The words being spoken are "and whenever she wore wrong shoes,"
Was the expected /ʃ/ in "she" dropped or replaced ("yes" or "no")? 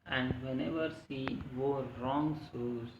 yes